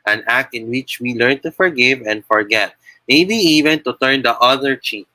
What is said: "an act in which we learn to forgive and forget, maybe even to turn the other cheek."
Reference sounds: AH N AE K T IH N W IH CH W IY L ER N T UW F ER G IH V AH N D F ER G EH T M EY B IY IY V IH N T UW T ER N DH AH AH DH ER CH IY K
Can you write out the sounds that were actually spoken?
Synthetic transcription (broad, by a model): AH N AE K T IH N W IH CH W IY L ER N T UW F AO G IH V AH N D F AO G EH T M EY B IY IY V IH N T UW T ER N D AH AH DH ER CH IY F